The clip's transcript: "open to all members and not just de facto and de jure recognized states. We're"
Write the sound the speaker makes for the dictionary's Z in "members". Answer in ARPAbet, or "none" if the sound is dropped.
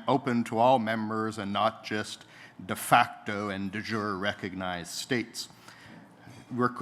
Z